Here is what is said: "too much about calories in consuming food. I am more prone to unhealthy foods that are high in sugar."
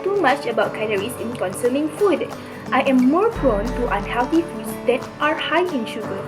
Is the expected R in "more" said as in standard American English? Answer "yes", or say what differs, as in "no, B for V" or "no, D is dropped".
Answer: yes